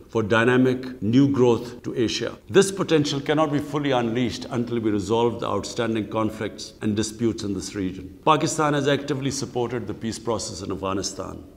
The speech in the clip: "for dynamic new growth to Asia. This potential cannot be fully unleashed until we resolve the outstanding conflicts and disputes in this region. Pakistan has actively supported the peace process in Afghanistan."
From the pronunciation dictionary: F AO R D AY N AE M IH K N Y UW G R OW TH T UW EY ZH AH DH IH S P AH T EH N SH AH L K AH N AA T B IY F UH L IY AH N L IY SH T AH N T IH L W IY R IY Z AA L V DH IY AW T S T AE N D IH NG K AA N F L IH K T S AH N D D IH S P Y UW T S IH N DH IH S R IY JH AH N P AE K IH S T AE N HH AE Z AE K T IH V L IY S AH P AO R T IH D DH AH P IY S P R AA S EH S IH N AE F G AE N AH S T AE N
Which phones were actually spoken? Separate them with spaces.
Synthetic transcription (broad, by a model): F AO R D AY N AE M IH K N Y UW G R OW T T UW EY SH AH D IH S P AH T EH N SH AH L K AH N AA T B IY F UH L IY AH N L IY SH T AH N T IH L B IY R IY Z AA L V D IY AW T S T AE N D IH NG K AA N F L IH K T S AH N D D IH S P Y UW T S IH N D IH S R IY JH AH N P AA K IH S T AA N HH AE Z AE K T IH V L IY S AH P AO R T IH D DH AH P IY S P R AA S EH S IH N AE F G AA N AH S T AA N